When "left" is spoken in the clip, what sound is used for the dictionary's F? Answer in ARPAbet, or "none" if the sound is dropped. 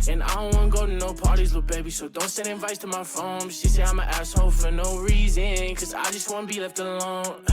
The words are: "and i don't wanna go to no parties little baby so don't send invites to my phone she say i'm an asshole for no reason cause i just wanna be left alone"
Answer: F